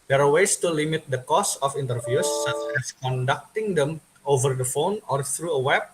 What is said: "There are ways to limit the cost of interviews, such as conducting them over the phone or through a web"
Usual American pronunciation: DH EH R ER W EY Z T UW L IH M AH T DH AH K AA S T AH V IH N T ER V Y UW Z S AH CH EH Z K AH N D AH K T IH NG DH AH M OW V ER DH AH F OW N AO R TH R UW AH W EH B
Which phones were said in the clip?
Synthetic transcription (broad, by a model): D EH R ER W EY S T UW L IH M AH T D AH K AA S AH F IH N T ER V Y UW S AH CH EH S K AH N D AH K T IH NG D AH M OW V ER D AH F OW N AO R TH R UW AH W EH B